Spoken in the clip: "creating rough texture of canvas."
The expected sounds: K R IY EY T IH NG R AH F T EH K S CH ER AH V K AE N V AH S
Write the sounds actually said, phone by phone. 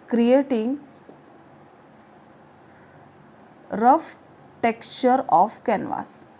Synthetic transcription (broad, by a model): K R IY EY T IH NG R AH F T EH K S CH ER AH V K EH N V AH S